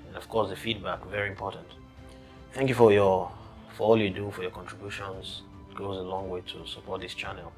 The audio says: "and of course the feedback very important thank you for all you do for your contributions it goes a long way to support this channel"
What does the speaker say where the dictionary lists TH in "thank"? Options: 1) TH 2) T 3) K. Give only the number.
1